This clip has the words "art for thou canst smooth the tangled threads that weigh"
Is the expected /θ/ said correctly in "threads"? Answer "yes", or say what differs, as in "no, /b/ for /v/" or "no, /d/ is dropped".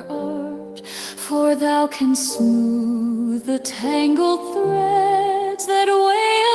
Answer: yes